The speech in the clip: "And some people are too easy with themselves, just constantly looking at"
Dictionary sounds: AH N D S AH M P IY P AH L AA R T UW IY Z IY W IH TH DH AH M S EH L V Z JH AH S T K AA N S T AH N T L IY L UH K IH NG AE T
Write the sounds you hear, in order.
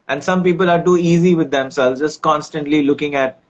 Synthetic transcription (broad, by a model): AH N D S AH M P IY P AH L AA R T UW IY Z IY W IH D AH M S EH L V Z JH AH S T K AA N S T AH N T L IY L UH K IH NG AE T